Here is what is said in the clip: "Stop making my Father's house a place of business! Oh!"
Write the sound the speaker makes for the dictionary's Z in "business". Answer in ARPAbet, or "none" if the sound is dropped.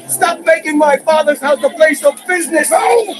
Z